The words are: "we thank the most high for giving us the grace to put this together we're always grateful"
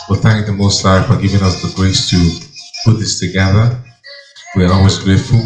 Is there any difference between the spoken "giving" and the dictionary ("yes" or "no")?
no